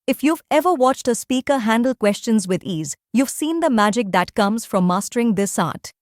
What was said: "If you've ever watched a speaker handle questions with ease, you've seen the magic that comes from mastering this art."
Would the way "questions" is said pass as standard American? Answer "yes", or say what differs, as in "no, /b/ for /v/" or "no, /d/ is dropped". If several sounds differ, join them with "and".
yes